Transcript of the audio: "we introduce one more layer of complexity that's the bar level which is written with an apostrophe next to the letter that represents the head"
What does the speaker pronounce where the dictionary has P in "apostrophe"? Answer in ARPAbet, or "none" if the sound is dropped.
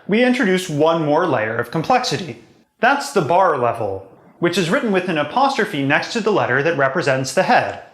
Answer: P